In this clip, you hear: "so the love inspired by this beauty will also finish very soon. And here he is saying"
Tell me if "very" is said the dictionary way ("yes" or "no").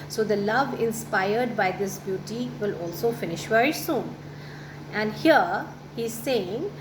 yes